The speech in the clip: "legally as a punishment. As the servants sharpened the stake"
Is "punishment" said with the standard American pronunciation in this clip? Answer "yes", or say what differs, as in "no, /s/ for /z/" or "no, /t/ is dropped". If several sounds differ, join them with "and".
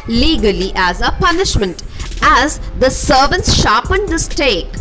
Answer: yes